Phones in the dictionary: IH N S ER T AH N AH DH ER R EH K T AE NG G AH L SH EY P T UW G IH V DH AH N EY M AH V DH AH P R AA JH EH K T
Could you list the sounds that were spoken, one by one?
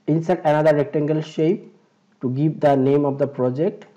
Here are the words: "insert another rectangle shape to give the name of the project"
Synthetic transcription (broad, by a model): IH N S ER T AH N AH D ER R EH K T AE NG G AH L SH EY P T UW G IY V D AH N EY M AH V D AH P R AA JH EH K T